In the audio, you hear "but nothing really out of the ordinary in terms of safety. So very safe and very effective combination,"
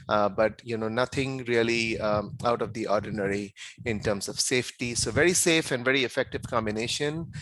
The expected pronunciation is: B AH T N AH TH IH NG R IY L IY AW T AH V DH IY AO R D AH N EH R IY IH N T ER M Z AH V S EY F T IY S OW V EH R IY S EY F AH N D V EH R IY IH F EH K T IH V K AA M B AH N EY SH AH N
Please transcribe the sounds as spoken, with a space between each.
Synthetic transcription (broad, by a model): B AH T N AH T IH NG R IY L IY AW T AH V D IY AO R D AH N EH R IY IH N T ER M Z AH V S EY F T IY S OW V EH R IY S EY F AH N D V EH R IY IH F EH K T IH V K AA M B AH N EY SH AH N